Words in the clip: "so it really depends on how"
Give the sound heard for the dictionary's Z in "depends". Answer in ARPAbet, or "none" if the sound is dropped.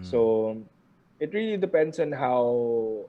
S